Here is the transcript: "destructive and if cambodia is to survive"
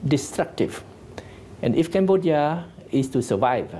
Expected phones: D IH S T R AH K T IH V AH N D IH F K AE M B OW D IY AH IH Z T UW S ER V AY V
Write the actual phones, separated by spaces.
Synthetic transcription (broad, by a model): D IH S T R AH K T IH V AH N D IH F K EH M B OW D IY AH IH S T UW S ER V AY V